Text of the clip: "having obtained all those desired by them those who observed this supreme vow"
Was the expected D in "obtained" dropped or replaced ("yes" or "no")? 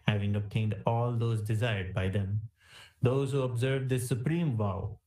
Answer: no